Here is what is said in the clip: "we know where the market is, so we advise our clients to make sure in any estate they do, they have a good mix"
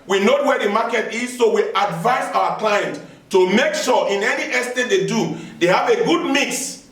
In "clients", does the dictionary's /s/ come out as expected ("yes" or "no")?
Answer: no